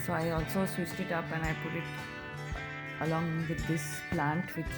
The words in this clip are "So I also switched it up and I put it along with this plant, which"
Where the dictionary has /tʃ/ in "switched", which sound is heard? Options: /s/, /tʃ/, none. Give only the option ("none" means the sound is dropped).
/s/